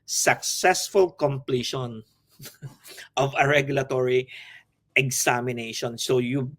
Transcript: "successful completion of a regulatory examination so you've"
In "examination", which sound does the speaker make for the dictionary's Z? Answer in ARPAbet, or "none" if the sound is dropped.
S